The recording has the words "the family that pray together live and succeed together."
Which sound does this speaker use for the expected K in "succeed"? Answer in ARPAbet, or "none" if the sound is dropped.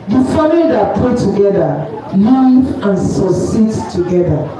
none